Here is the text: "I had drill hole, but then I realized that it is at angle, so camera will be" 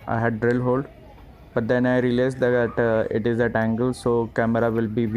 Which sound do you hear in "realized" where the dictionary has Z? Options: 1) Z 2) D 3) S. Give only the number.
3